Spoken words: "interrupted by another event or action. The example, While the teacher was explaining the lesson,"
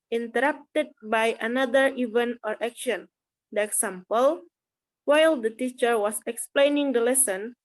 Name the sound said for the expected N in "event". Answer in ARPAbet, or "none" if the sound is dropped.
N